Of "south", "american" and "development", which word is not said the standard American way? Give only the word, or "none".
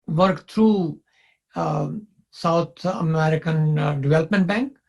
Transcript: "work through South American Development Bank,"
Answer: south